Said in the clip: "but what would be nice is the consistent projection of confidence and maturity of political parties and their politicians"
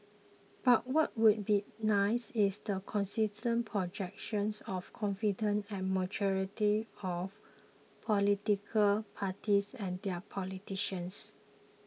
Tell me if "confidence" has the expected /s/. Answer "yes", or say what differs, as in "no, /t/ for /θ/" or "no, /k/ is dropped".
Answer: no, /s/ is dropped